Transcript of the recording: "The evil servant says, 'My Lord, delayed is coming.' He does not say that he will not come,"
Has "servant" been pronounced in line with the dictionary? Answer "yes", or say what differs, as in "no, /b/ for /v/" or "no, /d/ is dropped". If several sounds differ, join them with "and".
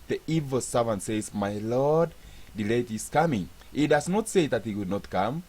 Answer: yes